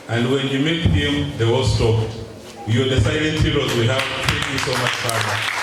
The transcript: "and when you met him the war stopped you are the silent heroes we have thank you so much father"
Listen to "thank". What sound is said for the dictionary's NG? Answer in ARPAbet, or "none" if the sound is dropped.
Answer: none